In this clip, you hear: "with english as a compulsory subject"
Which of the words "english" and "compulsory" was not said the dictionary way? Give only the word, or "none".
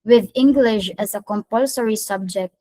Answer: none